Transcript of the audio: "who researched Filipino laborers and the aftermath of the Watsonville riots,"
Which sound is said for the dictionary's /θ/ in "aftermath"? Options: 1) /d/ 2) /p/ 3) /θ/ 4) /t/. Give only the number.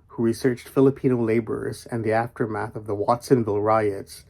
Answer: 3